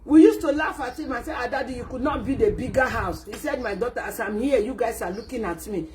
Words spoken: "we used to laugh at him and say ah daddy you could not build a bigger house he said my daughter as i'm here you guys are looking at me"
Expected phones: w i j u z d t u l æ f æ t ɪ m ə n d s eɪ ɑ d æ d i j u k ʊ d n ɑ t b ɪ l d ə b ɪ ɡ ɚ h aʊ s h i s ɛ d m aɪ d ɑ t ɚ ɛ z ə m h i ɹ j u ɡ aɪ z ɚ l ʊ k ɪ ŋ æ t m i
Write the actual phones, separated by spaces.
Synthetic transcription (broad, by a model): w i j u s t u l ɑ f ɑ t ɪ m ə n s eɪ ɑ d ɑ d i j u k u d n ɑ t b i d ə b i ɡ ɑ h aʊ s h i s ɛ d m aɪ d ɑ t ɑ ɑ s ə m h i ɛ j u ɡ aɪ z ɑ l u k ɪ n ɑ t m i